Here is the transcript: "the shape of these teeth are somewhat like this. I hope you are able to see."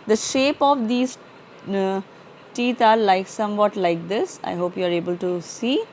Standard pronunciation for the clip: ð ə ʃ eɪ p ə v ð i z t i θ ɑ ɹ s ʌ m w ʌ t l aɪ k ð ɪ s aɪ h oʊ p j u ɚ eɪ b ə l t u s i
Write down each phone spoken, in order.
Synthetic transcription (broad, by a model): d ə ʃ eɪ p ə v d i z t i t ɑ l s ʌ m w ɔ t l aɪ k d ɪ s aɪ h oʊ p j u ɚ eɪ b ə l t u s i